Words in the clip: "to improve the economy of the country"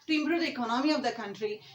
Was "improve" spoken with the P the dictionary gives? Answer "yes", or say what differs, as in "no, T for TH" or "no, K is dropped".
no, B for P